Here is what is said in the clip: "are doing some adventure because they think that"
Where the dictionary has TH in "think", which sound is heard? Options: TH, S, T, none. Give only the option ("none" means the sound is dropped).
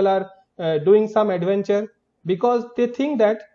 T